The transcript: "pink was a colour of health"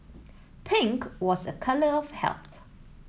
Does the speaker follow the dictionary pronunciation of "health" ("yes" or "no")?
yes